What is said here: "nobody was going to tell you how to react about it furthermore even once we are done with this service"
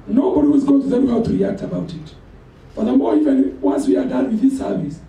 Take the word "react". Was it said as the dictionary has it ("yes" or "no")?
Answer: yes